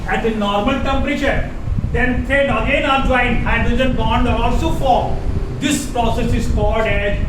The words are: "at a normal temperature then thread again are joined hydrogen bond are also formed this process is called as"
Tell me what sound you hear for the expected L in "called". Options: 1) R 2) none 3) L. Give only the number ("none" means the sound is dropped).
2